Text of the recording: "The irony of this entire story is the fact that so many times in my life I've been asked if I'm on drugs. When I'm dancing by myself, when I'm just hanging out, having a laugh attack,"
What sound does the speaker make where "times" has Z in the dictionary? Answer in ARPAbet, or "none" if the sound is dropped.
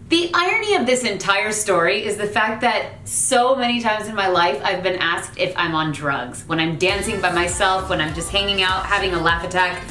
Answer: Z